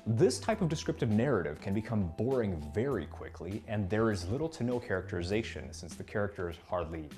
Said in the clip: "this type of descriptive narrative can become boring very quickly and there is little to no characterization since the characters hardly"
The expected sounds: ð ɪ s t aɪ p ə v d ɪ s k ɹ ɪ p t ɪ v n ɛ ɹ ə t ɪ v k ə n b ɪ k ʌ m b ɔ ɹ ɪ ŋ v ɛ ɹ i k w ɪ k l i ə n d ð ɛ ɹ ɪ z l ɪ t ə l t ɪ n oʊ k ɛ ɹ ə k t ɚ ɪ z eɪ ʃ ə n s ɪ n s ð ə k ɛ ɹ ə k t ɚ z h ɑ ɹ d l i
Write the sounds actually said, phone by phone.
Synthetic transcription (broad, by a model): ð ɪ s t aɪ p ə v d ɪ s k ɹ ɪ p t ɪ v n ɛ ɹ ə t ɪ v k ə n b ɪ k ʌ m b ɔ ɹ ɪ ŋ v ɛ ɹ i k w ɪ k l i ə n ð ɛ ɹ ɪ z l ɪ t l t ɪ n oʊ k ɛ ɹ ə k t ɚ ɪ z eɪ ʃ ə n s ɪ n s ð ə k ɛ ɹ ə k t ɚ z h ɑ ɹ d l i